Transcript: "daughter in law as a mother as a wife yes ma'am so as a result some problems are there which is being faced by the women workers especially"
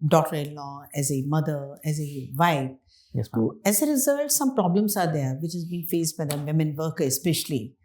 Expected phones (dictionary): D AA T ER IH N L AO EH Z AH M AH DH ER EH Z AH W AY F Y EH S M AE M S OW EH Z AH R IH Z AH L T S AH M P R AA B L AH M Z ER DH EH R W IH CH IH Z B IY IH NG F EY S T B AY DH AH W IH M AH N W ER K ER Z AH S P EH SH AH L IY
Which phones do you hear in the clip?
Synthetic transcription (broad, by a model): D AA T ER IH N L AO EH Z AH M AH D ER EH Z AH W AY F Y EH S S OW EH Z AH R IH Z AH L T S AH M P R AA B L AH M S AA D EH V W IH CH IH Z B IY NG F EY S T B AY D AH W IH M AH N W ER K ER AH S P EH SH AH L IY